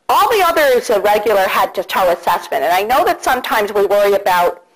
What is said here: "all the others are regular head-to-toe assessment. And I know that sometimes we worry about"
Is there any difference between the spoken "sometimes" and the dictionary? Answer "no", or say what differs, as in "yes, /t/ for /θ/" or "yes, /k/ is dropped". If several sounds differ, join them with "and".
no